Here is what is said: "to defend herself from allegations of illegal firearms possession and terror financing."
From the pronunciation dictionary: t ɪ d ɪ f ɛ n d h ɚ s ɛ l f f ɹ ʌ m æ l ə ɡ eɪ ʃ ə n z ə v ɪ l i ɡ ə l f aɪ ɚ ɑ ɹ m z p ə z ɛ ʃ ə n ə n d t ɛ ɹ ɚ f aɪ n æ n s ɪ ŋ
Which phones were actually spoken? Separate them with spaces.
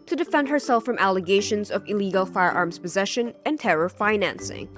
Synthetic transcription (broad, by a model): t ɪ d ɪ f ɛ n d h ɚ s ɛ l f f ɹ ʌ m æ l ə ɡ eɪ ʃ ə n z ə v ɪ l i ɡ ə l f aɪ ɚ ɑ ɹ m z p ə z ɛ ʃ ə n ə n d t ɛ ɹ ɚ f aɪ n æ n s ɪ ŋ